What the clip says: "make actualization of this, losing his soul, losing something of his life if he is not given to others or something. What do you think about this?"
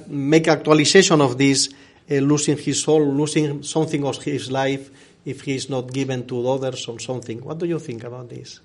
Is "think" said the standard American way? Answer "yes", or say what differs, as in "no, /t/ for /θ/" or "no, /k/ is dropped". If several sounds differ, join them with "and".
yes